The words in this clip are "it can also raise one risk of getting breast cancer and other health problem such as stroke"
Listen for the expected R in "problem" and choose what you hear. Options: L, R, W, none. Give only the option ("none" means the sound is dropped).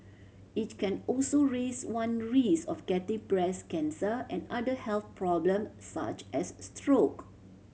R